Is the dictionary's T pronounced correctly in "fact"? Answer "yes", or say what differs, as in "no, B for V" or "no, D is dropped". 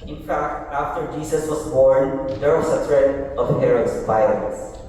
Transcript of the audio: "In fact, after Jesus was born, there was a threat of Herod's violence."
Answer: yes